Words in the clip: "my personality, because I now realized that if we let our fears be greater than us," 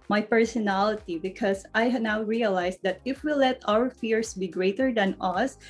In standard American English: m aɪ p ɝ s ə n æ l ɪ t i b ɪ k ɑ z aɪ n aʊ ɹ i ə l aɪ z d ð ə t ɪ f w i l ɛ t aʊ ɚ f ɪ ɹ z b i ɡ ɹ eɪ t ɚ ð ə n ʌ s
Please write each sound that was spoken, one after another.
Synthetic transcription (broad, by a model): m aɪ p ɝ s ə n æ l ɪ t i b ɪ k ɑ s aɪ n aʊ ɹ i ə l aɪ s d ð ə t ɪ f w i l ɛ t aʊ ɚ f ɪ ɹ s b i ɡ ɹ eɪ t ɚ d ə n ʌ s